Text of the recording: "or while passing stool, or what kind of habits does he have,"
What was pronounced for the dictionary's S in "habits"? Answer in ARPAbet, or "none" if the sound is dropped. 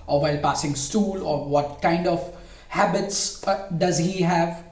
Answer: S